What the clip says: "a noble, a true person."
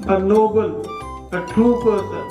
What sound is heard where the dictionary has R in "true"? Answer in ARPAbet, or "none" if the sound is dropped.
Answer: none